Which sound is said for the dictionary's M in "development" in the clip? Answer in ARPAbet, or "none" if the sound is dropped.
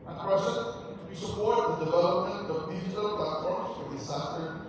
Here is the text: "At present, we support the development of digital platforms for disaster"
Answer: M